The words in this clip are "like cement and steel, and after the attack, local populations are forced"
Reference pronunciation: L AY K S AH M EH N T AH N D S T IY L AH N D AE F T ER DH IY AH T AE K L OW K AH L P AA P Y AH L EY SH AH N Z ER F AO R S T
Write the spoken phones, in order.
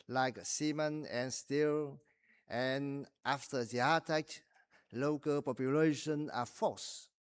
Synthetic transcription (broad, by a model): L AY K S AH M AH N AH N S T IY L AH N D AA F T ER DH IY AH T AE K L OW K AH L P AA P Y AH L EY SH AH N ER F AO S